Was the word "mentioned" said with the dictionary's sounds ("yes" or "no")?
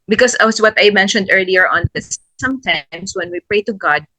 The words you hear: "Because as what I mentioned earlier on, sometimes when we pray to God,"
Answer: yes